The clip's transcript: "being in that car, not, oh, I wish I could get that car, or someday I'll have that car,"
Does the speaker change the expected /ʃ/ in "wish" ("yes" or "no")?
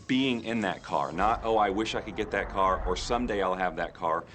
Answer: no